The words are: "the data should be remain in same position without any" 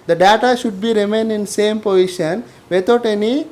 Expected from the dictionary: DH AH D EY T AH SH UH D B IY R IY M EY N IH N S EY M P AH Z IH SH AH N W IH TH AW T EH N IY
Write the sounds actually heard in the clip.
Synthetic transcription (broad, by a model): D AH D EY T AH SH UH D B IY R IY M EY N IH N S EY M P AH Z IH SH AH N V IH T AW T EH N IY